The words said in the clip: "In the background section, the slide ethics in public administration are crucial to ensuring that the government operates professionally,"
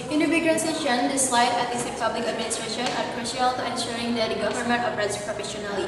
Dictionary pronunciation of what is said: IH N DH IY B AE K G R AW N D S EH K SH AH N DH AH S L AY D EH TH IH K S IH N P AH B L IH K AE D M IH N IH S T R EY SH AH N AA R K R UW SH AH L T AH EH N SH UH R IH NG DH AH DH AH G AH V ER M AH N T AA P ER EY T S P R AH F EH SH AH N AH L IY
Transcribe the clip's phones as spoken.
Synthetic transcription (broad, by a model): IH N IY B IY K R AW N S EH SH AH N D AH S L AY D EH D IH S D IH P AH B L IH K AE D M IH N IH S T R EY SH AH N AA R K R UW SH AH L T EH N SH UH R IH NG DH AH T G AH V ER M AH N T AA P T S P R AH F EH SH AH N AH L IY